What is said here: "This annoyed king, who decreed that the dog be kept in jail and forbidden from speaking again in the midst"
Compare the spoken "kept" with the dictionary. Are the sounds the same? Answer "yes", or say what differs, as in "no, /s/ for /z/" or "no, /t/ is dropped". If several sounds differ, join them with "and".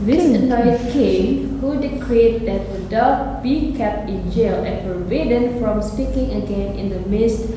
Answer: yes